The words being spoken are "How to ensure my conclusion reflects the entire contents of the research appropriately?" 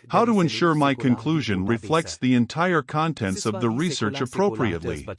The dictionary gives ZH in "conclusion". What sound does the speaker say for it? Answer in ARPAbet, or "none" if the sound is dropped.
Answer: ZH